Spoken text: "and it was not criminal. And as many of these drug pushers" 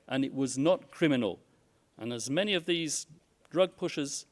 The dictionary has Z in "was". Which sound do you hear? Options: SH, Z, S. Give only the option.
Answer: Z